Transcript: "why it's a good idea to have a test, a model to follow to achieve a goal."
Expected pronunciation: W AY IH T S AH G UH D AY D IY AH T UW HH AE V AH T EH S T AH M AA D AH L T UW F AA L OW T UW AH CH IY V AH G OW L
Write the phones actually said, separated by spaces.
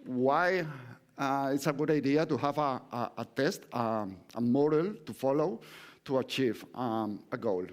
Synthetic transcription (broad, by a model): W AY IH T S AH G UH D AY D IY AH T UW HH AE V AH T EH S T AH M AA D AH L T UW F AA L OW T UW AH CH IY V AH G OW L